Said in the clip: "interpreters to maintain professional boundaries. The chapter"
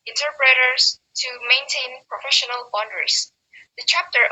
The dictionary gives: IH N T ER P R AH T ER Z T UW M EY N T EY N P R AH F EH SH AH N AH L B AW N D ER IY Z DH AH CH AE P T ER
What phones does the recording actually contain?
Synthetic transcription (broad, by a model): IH N T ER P R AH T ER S T UW M EY N T EY N P R AH F EH SH AH N AH L B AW N D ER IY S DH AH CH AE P T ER